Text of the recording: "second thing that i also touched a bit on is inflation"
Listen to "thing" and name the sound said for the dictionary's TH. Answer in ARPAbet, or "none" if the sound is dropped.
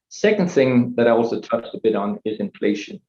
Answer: TH